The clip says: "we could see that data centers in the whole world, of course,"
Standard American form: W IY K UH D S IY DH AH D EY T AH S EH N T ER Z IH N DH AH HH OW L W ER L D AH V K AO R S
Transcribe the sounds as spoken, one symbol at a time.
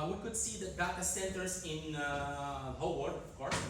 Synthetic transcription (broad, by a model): W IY K UH D S IY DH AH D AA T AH S EH N T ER S IH N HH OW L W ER D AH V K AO R S